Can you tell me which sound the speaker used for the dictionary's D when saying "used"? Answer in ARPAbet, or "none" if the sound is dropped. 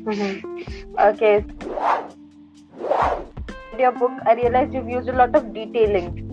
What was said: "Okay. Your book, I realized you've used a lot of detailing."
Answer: none